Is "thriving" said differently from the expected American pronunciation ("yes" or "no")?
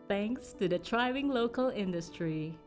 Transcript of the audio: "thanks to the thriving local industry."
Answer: yes